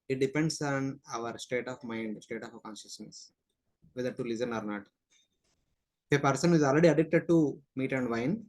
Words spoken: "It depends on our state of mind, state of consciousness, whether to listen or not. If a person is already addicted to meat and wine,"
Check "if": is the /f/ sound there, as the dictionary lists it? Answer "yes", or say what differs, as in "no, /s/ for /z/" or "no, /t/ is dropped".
no, /p/ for /f/